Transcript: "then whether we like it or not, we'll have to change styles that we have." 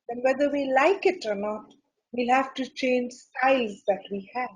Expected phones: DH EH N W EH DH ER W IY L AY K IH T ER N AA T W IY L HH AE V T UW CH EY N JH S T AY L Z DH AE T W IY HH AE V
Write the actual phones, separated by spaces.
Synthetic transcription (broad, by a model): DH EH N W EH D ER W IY L AY K IH T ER N AA T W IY L HH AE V T UW CH EY N JH S T AY L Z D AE T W IY HH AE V